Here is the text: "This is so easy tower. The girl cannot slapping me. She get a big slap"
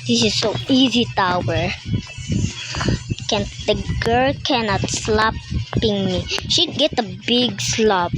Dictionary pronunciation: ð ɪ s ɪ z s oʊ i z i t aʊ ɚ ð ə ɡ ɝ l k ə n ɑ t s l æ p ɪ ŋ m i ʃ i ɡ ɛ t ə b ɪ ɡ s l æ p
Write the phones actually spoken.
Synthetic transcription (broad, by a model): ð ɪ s ɪ z s oʊ i z i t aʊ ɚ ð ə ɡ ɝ l k ə n ɑ t s l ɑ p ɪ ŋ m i ʃ i ɡ ɛ t ə b ɪ ɡ s l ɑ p